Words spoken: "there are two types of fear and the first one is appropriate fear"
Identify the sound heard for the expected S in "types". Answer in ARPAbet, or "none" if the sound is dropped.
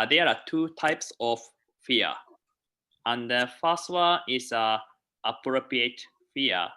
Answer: S